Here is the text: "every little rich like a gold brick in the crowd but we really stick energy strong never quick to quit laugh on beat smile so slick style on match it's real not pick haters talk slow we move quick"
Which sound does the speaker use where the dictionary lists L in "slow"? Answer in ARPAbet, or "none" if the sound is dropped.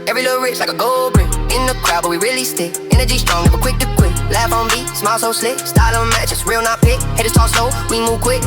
none